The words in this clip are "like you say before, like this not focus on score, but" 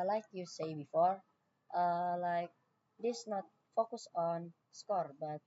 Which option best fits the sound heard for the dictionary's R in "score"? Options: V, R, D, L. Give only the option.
R